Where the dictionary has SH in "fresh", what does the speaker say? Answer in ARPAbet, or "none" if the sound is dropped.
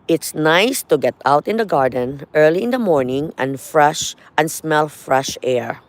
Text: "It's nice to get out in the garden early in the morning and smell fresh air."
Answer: SH